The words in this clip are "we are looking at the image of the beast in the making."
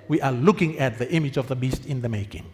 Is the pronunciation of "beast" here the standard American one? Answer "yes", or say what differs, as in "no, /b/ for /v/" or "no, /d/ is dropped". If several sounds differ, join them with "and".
yes